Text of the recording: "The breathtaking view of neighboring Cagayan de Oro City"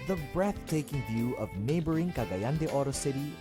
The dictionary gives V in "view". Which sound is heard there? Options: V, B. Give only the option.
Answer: V